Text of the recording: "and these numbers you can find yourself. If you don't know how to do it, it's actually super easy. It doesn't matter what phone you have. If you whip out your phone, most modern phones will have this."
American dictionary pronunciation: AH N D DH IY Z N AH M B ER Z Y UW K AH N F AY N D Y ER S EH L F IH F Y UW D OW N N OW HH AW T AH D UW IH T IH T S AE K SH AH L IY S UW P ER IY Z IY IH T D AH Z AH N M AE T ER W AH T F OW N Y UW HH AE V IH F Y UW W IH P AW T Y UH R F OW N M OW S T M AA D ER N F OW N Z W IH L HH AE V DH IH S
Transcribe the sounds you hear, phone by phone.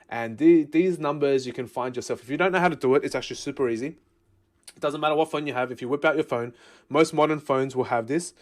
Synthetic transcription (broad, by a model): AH N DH DH IY Z N AH M B ER Z Y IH K AH N F AY N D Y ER S EH L F IH F Y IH D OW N N OW HH AW T AH D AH IH T IH T S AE K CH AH L IY S UW P ER IY Z IY IH T D AH Z AH N M AE T ER W AH T F OW N Y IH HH V IH F Y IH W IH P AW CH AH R F OW N M OW S T M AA D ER N F OW N Z W IH L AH V DH IH S